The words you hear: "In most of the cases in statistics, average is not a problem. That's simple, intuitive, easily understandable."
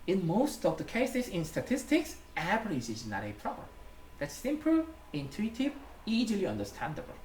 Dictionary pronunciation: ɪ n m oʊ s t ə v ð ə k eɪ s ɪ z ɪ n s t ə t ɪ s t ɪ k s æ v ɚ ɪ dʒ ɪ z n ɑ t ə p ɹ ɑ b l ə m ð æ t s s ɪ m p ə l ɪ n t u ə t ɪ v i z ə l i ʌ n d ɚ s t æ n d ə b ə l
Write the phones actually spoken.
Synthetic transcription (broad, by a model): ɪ n m oʊ s t ə v ð ə k eɪ s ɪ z ɪ n s t ə t ɪ s t ɪ k s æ p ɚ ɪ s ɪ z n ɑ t ə p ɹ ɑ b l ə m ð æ t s s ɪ m p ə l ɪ n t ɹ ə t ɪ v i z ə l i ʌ n d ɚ s t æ n d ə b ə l